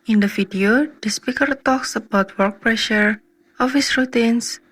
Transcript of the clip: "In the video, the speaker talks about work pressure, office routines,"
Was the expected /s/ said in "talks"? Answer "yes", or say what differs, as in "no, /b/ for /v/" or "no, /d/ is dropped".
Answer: yes